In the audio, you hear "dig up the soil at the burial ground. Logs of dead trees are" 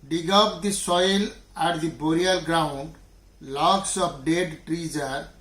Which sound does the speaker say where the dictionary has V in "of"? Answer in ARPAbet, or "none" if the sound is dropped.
P